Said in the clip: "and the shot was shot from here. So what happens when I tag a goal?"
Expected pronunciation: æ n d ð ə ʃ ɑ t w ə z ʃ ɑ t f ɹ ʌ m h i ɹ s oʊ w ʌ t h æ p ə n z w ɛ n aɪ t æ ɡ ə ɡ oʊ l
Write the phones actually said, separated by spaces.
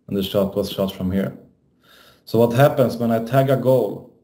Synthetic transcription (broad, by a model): n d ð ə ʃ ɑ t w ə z ʃ ɑ t f ɹ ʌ m h i ɹ s oʊ w ʌ t h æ p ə n s w ɛ n aɪ t æ ɡ ə ɡ oʊ l